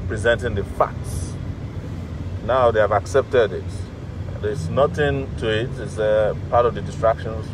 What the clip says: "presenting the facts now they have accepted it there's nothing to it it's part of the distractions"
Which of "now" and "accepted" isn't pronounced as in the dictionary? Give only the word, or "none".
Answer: none